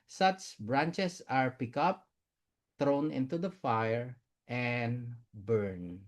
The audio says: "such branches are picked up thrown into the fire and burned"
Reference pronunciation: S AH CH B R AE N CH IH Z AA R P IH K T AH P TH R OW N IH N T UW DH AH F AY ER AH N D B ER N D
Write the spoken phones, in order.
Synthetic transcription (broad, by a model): S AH CH B R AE N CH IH S AA R P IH K AH P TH R OW N IH N T UW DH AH F AY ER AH N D B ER N